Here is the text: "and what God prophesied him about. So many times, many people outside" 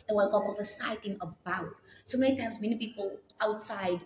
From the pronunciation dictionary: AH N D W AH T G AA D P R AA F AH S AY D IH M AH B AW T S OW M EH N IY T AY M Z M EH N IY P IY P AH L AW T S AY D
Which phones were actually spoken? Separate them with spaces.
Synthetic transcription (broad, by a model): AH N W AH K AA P L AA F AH S AY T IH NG AH B AW T S OW M EH N IY T AY M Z M EH N IY P IY P AH L AW T S AY D